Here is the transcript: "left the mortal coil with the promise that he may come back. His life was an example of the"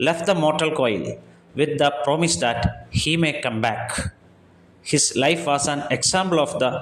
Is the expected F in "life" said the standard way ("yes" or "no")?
yes